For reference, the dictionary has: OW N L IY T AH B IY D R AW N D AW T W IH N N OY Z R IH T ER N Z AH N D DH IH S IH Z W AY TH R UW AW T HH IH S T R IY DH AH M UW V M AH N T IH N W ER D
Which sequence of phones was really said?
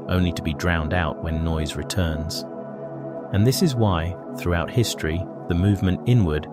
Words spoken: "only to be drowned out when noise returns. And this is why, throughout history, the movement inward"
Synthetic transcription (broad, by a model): OW N L IY T AH B IY D R AW N D AW T W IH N N OY Z R IH T ER N Z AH N DH IH S IH Z W AY TH R UW AW T HH IH S T R IY DH AH M UW V M AH N T IH N W ER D